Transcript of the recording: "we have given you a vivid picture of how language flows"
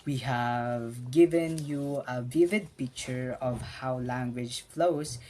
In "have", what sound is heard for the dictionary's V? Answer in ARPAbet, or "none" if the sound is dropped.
V